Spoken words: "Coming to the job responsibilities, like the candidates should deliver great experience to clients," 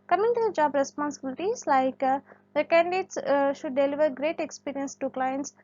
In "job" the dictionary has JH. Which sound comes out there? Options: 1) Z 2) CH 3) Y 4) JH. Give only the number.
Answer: 4